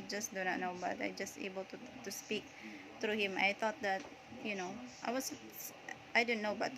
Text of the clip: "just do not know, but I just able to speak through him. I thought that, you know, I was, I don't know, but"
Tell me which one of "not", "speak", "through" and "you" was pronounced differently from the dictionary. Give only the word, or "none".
through